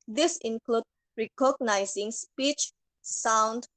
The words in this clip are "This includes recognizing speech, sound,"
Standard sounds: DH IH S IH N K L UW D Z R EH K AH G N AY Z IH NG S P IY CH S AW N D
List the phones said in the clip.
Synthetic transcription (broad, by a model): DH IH S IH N K L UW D R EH K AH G N AY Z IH NG S P IY CH S AW N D